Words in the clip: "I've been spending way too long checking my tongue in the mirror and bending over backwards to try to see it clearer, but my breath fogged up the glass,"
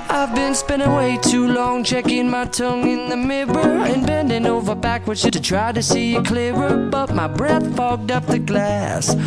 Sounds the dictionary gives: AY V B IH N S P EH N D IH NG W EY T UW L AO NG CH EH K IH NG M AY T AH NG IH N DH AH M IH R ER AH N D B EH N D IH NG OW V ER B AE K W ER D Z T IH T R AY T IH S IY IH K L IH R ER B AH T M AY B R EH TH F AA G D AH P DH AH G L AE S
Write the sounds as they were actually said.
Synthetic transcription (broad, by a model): AY V B IH N S P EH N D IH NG W EY T UW L AO NG CH EH K IH NG M AY T AH NG IH N DH AH M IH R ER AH N B EH N D IH NG OW V ER B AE K W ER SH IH T IH T R AY T IH S IY IH K L IH R ER B AH T M AY B R EH TH F AA G D AH P DH AH G L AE S